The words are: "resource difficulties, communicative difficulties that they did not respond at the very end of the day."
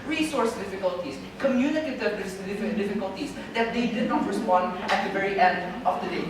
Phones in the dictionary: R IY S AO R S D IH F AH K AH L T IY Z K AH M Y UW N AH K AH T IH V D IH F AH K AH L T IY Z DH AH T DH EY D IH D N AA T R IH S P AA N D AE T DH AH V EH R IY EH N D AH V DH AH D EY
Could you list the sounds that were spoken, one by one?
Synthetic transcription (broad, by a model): R IY S AO R S D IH F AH K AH L T IY S K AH M Y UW N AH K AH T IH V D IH F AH K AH L T IY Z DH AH T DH EY D IH D N AA T R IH S P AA N D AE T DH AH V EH R IY EH N D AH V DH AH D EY